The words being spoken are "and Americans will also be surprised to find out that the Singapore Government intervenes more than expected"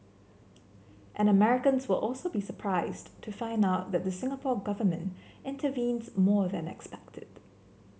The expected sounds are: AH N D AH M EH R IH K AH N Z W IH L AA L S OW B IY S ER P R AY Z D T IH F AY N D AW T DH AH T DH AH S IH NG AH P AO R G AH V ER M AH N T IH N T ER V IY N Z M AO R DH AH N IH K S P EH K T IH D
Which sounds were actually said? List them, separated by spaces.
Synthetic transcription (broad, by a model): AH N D AH M EH R IH K AH N Z W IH L AA L S OW B IY S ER P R AY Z T IH F AY N D AW T DH AH T DH AH S IH NG AH P AO R G AH V ER M AH N T IH N T ER V IY N Z M AO R DH AH N IH K S P EH K T IH D